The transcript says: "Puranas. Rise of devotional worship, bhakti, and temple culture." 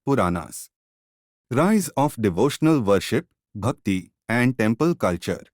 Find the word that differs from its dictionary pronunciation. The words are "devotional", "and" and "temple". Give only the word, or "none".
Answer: none